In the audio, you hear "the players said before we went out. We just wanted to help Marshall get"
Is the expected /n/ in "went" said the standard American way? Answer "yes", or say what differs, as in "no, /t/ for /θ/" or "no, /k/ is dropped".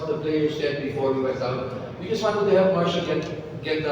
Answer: no, /n/ is dropped